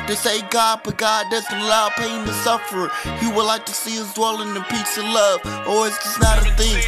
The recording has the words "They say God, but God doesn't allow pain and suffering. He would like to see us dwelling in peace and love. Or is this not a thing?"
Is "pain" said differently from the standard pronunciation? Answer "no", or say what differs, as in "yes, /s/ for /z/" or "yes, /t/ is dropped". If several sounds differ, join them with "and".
yes, /n/ is dropped